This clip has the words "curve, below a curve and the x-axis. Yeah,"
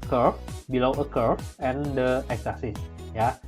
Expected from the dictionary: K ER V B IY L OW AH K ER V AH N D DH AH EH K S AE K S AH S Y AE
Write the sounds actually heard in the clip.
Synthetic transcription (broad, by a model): K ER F B IY L OW AH K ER F AH N D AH EH K S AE S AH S Y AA